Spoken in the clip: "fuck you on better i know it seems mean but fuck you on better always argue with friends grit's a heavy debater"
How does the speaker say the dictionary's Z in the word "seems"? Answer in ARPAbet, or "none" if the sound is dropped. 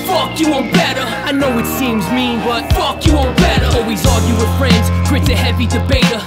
Z